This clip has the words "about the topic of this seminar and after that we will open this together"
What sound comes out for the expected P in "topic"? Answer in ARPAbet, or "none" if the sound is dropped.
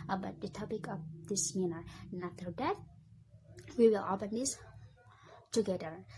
P